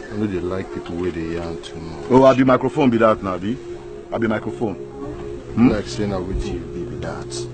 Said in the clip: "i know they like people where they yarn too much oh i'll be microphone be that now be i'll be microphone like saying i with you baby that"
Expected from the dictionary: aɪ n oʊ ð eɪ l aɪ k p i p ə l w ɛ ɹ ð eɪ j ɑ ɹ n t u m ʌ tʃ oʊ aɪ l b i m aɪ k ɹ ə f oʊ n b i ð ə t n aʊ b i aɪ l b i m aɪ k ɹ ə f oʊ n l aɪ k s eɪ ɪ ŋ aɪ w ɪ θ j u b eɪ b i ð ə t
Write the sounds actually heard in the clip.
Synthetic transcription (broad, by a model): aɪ n oʊ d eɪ l aɪ k p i p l w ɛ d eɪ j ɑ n t u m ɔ oʊ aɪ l b i m aɪ k ɹ ə f oʊ n b i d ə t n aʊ b i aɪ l b i m aɪ k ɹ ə f oʊ n l aɪ k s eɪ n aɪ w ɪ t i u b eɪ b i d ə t